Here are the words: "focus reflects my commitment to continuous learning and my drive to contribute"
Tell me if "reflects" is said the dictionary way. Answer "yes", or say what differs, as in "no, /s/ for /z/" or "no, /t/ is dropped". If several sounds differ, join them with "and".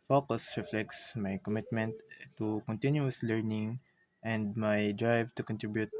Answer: yes